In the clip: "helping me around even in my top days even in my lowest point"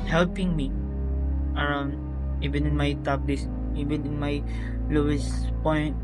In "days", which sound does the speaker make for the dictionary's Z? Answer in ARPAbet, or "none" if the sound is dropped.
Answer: S